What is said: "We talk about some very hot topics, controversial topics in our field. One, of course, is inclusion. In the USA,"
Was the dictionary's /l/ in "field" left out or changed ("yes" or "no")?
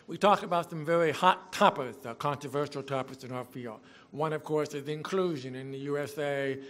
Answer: no